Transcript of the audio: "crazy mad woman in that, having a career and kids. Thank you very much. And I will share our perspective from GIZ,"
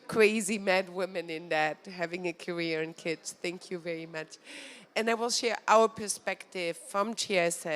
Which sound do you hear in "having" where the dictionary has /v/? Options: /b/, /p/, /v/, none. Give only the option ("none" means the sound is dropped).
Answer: /v/